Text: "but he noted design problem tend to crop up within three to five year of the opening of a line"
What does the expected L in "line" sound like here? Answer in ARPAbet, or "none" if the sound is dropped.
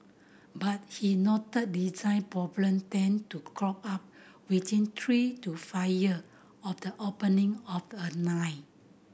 N